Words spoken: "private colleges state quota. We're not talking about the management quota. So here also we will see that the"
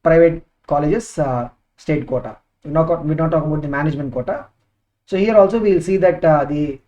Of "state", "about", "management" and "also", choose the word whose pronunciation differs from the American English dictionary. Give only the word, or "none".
about